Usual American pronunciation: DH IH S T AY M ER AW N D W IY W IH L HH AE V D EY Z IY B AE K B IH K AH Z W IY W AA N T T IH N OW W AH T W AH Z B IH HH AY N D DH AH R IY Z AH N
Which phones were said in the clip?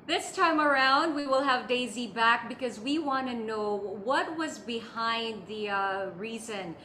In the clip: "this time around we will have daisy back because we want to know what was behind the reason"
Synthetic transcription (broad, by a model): DH IH S T AY M ER AW N D W IY W IH L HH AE V D EY Z IY B AE K B IH K AH Z W IY W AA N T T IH N OW W AH T W AH Z B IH HH AY N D DH AH R IY Z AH N